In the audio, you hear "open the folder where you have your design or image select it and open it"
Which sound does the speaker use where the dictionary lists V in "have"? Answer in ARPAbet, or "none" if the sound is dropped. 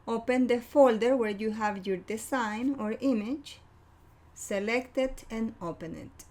V